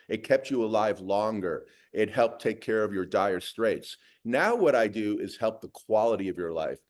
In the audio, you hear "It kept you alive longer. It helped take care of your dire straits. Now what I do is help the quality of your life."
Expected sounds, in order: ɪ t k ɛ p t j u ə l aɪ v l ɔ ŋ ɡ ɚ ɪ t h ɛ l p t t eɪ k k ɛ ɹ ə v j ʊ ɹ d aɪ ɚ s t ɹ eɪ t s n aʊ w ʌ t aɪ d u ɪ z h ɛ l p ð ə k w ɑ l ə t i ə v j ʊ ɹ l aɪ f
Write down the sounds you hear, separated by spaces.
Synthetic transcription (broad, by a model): ɪ t k ɛ p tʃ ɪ ə l aɪ v l ɔ ŋ ɡ ɚ ɪ t h ɛ l p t t eɪ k k ɛ ɹ ə v j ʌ ɹ d aɪ ɚ s t ɹ eɪ t s n aʊ w ʌ t aɪ d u ɪ z h ɛ l p ð ə k w ɑ l ə t i ə v j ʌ ɹ l aɪ f